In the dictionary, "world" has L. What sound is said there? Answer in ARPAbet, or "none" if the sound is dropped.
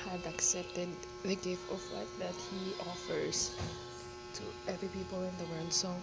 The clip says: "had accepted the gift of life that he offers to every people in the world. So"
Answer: N